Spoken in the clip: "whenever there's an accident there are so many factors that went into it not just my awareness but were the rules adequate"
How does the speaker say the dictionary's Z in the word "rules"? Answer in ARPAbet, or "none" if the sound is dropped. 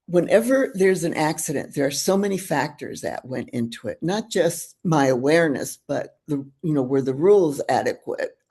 Z